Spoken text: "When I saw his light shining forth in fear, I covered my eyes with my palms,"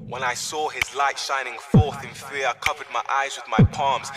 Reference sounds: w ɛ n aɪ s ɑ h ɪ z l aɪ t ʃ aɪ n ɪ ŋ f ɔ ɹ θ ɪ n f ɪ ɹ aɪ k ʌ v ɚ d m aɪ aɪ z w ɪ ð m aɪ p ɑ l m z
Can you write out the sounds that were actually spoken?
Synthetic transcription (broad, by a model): w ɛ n aɪ s ɑ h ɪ z l aɪ t ʃ aɪ n ɪ ŋ f ɔ ɹ θ ɪ n f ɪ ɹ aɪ k ʌ v ɚ d m aɪ aɪ z w ɪ ð m aɪ p ɑ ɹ m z